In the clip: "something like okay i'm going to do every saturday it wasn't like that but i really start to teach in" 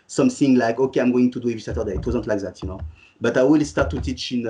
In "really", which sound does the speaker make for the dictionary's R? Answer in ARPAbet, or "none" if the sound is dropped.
W